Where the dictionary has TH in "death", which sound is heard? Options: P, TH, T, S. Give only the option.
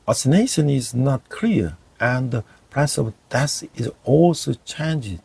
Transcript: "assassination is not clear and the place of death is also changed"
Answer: S